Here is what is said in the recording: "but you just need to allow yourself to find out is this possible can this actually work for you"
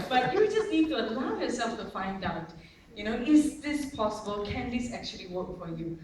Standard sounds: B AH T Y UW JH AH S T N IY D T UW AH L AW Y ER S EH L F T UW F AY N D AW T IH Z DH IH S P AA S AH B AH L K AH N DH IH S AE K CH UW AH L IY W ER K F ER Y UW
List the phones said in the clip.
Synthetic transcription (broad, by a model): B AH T Y UW JH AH S N IY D T UW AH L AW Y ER S EH L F T UW F AY N D AW T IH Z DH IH S P AA S AH B AH L K AH N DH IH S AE K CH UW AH L IY W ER K F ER Y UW